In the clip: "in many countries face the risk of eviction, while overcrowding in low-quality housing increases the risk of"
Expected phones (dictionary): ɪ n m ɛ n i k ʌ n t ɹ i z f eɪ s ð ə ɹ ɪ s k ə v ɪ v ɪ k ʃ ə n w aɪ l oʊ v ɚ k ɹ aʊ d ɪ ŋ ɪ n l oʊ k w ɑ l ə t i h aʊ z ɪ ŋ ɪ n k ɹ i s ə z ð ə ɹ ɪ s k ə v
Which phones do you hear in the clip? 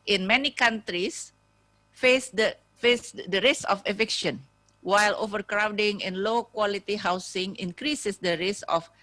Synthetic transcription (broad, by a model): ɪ n m ɛ n i k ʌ n t ɹ i s f eɪ s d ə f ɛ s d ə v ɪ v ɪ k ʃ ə n w aɪ l oʊ v ɚ k ɹ aʊ d ɪ ŋ ɪ n l oʊ k w ɑ l ə t i h aʊ s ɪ ŋ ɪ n k ɹ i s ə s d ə ɹ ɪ s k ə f